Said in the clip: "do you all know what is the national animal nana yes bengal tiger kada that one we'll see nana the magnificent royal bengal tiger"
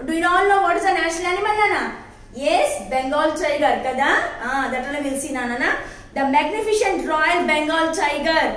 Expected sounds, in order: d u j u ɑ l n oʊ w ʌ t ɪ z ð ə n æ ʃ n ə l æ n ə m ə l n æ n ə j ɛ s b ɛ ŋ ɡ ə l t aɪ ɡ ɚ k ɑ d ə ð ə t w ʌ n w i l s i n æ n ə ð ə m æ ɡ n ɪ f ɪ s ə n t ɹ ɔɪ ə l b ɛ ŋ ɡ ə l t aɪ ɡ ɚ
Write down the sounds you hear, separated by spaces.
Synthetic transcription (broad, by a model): d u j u ɑ l n oʊ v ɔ t ɪ z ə n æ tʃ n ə l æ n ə m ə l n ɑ n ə j ɛ s b ɛ ŋ ɡ ə l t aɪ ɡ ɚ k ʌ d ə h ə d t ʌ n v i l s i n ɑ n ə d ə m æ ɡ n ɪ f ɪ ʃ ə n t ɹ ɔɪ ə l b ɛ ŋ ɡ ə l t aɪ ɡ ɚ